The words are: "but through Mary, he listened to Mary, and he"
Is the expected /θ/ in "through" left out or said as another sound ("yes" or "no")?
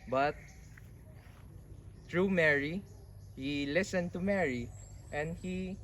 yes